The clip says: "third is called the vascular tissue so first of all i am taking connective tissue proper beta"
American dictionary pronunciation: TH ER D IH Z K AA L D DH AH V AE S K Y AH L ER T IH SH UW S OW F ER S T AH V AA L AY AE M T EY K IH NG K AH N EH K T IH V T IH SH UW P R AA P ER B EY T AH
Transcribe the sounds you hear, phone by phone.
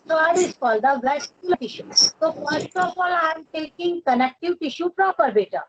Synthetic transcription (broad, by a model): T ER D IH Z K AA L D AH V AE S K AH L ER T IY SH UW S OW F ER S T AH P AA L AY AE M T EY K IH NG K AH N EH K T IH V T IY SH UW P R AA P ER B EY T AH